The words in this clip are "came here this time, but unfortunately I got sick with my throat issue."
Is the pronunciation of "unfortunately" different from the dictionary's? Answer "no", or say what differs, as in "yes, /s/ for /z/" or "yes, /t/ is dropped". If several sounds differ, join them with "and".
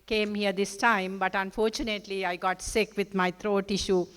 no